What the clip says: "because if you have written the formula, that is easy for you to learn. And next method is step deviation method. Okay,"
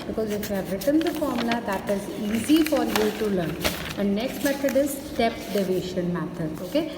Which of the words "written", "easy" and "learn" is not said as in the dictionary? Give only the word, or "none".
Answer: none